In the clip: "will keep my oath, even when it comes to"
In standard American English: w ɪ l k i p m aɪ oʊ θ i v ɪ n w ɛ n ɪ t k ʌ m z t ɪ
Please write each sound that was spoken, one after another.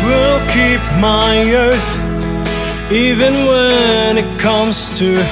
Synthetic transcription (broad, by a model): w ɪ l k i p m aɪ oʊ θ i v ɪ n w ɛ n ɪ t k ʌ m z t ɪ